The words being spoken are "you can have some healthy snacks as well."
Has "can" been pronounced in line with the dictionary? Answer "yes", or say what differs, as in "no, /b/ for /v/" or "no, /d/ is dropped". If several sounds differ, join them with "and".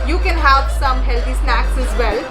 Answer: yes